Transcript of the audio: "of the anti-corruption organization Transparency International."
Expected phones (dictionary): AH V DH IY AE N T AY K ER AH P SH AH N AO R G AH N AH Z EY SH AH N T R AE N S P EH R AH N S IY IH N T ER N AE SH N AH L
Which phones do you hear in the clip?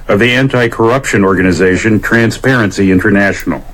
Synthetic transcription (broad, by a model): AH V DH IY AE N T AY K ER AH P SH AH N AO R G AH N AH Z EY SH AH N T R AE N S P EH R AH N S IY IH N T ER N AE SH N L